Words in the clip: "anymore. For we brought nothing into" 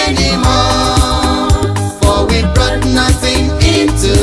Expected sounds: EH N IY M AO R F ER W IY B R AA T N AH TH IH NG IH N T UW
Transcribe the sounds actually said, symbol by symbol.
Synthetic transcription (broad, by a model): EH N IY M AO F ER W IY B R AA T N AH TH IH NG IH N T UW